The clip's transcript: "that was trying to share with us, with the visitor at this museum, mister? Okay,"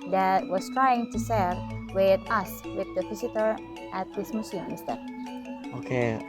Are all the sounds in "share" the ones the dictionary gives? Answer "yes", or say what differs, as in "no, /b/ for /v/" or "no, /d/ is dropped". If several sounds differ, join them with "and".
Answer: no, /s/ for /ʃ/